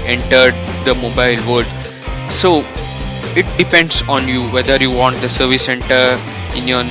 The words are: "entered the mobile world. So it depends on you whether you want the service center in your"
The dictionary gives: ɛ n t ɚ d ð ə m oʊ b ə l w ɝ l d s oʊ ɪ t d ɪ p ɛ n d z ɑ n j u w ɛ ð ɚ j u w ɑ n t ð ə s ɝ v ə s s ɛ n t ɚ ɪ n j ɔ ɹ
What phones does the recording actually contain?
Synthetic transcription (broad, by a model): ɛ n t ɚ d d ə m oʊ b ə l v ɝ d s oʊ ɪ t d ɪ p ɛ n d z ɑ n j u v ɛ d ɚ j u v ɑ n t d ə s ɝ v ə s s ɛ n t ɚ ɪ n j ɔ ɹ